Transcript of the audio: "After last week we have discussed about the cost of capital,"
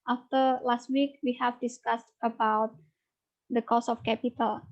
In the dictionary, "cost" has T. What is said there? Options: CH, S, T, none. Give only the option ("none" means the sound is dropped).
none